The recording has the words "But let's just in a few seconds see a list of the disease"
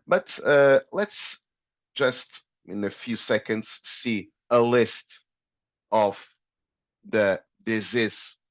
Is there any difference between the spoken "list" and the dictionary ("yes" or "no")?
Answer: no